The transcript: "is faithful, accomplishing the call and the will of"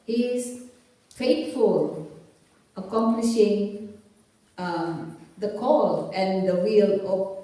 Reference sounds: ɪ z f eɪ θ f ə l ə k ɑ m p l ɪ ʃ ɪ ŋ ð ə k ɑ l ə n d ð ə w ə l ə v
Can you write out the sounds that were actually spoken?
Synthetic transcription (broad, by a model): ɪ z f eɪ t f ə l ə k ɑ m p l ɪ ʃ ɪ ŋ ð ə k ɑ l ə n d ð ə w ə l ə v